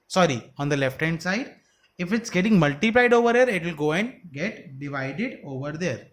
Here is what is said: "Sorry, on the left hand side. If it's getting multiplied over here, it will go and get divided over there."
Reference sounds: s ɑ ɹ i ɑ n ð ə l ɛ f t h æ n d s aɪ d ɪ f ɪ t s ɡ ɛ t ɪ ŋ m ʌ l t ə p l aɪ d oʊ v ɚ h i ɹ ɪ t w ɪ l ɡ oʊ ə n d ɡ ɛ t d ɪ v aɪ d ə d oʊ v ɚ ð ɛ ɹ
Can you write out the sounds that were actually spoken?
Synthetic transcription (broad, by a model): s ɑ ɹ i ɑ n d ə l ɛ f t h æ n d s aɪ d ɪ f ɪ t s ɡ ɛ t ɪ ŋ m ʌ l t ə p l aɪ d oʊ v ɚ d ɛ ɹ ɪ t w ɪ l ɡ oʊ ə n d ɡ ɛ t d ɪ v aɪ d ə d oʊ v ɚ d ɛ ɹ